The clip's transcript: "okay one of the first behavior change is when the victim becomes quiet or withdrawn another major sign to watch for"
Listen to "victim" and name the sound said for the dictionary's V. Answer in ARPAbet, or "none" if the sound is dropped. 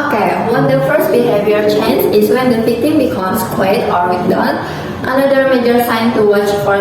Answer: F